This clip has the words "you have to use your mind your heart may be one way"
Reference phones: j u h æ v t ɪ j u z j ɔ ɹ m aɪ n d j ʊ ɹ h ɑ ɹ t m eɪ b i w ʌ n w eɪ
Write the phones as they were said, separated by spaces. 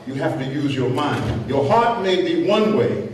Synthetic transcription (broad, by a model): j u h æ f t ɪ j u z j ɔ ɹ m aɪ n d j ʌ ɹ h ɑ ɹ t m eɪ b i w ʌ n w eɪ